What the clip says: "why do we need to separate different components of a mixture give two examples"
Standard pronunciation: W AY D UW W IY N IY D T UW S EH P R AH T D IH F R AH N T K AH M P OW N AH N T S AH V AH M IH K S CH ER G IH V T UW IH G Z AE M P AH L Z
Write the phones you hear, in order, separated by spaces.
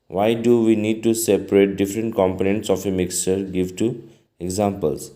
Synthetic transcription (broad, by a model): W AY D UW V IY N IY D T UW S EH P R AH T D IH F R AH N T K AH M P OW N AH N T S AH F AH M IH K S CH ER G IH V T UW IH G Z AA M P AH L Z